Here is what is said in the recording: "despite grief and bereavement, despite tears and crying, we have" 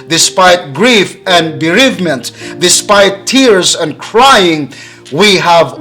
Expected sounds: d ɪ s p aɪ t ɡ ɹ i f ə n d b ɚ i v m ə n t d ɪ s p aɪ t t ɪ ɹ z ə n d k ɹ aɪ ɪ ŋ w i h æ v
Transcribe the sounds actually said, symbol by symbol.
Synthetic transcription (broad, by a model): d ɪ s p aɪ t ɡ ɹ i f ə n b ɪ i v m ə n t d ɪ s p aɪ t t ɪ ɹ z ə n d k ɹ aɪ ɪ ŋ w i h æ v